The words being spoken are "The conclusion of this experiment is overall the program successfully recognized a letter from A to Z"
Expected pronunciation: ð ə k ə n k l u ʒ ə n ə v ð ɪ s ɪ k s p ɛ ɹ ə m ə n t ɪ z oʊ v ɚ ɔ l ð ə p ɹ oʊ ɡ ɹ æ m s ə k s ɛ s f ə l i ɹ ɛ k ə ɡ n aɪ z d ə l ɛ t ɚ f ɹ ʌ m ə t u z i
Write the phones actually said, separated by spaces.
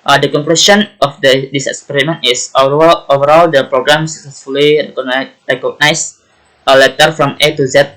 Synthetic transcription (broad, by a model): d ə k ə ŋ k l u s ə n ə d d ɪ s ɪ k s p ɛ ɹ ə m ə n t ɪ s oʊ v ɚ ɔ l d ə p ɹ oʊ ɡ ɹ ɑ m s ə k s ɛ s f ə l i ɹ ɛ k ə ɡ n aɪ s ə l ɛ t ɚ f ɹ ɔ m ə t u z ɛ